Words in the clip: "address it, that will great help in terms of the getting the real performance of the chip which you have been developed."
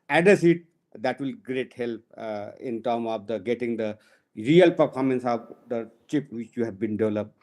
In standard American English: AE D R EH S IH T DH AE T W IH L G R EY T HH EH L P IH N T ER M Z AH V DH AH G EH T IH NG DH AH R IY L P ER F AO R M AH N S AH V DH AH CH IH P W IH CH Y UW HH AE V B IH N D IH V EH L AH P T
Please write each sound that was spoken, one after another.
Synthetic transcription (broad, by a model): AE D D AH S IH T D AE T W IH L G R EY T HH EH L P IH N T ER M AH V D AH G EH T IH NG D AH R IY L P ER F AO R M AH N S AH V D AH CH IH P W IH CH Y UW HH AE V B IH N D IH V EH L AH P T